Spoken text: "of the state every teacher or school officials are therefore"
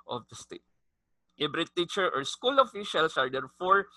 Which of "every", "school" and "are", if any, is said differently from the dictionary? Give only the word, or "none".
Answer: every